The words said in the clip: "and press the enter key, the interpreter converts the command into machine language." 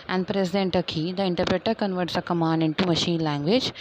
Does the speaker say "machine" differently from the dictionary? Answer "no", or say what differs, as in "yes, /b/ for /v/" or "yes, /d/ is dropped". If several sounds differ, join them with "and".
no